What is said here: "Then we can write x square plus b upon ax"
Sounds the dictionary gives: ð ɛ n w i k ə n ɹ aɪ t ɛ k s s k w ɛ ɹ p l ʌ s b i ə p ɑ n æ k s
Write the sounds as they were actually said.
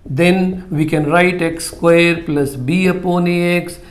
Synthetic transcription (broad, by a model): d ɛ n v i k ə n ɹ aɪ t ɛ k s s k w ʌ ɹ p l ʌ s b i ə p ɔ n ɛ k s